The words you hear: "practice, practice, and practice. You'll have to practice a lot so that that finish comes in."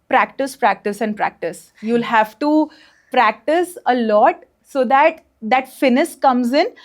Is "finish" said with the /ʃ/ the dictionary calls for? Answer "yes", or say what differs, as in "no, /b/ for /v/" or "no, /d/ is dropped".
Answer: no, /s/ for /ʃ/